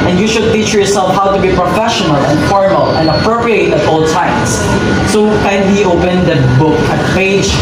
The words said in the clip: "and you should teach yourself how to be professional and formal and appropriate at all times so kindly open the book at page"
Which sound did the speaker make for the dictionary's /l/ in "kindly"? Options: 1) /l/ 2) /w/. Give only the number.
2